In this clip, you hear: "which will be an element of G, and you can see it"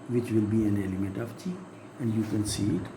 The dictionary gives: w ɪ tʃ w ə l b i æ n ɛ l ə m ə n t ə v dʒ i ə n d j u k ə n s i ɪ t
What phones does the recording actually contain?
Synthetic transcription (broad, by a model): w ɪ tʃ w ə l b i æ n ɛ l ə m ə n t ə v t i ə n d j u k ə n s i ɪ t